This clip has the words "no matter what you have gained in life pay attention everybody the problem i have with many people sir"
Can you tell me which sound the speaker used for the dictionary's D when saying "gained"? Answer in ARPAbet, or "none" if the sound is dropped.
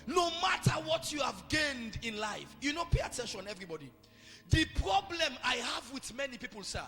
D